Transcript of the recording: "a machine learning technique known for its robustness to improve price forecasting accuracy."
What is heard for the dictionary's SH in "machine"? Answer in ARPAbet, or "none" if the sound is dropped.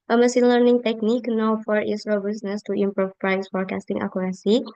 S